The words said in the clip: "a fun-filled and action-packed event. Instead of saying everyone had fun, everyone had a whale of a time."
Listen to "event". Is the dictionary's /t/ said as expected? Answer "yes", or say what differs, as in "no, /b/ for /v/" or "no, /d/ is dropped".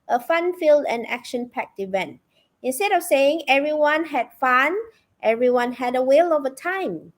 yes